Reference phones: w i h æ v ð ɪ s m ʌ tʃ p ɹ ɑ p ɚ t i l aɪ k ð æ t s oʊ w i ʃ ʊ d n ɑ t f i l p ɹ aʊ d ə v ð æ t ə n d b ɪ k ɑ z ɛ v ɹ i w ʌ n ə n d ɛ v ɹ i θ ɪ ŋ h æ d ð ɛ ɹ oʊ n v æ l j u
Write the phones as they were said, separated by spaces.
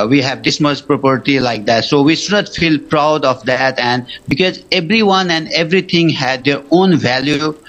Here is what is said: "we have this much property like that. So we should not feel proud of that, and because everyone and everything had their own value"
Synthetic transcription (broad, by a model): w i h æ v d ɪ s m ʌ s p ɹ ɑ p ɚ t i l aɪ k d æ t s oʊ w i ʃ ʊ d n ɑ t f i l p ɹ aʊ d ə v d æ t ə n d b ɪ k ɑ z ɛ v ɹ i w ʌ n ə n d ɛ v ɹ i t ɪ ŋ h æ d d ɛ ɹ oʊ n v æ l j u